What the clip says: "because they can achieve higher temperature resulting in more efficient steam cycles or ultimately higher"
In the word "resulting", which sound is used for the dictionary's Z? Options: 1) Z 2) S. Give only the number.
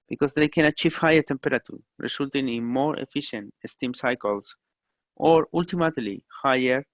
2